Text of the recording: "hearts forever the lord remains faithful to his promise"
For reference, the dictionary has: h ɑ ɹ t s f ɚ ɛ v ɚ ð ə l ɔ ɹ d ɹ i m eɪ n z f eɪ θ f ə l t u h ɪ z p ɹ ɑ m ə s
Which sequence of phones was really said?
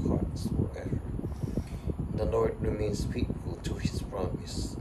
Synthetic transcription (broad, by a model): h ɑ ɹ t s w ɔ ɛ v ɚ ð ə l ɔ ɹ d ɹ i m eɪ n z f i t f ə l t u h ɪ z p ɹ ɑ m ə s